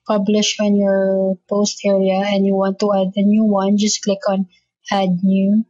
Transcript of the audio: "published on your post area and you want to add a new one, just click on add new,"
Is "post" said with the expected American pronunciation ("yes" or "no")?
yes